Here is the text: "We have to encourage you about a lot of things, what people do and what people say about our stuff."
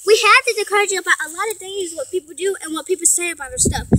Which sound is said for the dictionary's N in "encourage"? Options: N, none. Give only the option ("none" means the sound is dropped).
none